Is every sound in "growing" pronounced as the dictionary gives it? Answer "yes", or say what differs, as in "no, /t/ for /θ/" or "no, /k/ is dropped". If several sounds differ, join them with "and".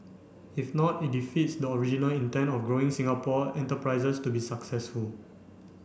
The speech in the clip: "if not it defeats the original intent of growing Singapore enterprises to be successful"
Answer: yes